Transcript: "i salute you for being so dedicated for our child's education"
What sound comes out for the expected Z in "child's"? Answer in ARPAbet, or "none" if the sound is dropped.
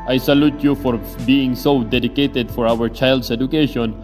S